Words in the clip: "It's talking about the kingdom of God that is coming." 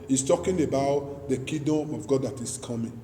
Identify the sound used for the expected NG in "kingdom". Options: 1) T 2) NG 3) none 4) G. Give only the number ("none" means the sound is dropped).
3